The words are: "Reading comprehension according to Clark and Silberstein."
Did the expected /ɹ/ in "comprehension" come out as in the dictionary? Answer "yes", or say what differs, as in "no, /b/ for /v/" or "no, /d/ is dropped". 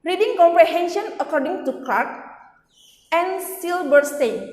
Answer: yes